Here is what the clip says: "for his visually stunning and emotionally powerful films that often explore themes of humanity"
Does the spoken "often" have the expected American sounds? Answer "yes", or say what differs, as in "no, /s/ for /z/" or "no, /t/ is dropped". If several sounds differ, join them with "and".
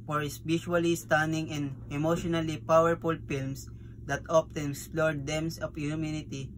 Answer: no, /p/ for /f/